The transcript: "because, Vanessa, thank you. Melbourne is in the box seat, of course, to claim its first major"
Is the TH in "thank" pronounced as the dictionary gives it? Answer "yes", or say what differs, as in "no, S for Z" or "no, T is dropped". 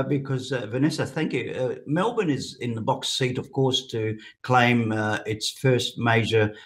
yes